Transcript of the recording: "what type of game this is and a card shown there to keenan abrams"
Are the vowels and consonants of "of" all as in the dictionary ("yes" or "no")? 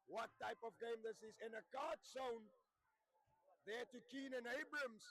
yes